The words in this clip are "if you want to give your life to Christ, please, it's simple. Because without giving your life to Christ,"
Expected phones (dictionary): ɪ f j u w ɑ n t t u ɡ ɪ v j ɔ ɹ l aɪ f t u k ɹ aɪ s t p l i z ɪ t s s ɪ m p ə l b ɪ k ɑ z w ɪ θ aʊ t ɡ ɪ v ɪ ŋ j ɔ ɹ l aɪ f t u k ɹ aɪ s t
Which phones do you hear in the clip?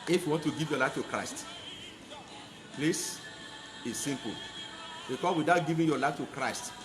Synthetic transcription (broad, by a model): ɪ f j u w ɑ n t t u ɡ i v j ɔ l aɪ f t u k ɹ aɪ s t p l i s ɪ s s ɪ m p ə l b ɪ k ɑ w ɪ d aʊ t ɡ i v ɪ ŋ j ɔ l aɪ f t u k ɹ aɪ s t